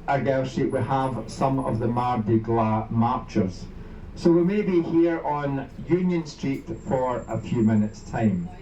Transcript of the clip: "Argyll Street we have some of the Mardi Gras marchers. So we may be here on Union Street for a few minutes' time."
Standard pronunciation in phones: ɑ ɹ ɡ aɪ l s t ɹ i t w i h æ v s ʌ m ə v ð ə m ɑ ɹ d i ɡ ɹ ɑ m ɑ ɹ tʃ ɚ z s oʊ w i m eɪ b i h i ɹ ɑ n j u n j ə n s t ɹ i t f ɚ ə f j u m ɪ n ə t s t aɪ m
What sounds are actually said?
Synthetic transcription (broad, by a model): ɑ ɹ ɡ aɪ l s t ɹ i t w i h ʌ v s ʌ m ə v ð ə m ɑ ɹ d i ɡ l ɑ m ɑ ɹ tʃ ɚ z s oʊ w i m eɪ b i h i ɹ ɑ n j u n j ə n s t ɹ i t f ɚ ə f j u m ɪ n ə t s t aɪ m